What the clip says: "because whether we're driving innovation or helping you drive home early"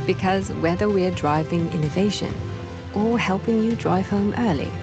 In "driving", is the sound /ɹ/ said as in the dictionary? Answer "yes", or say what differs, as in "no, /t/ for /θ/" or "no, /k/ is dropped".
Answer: yes